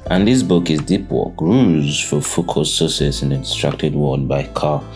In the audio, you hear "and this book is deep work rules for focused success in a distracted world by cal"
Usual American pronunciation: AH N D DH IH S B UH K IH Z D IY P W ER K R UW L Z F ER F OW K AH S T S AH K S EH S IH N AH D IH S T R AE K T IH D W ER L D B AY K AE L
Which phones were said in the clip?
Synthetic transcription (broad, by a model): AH N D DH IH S B UH K IH Z D IY P W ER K R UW Z F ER F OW K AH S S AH S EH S IH N AH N S T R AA K T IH D W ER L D B AY K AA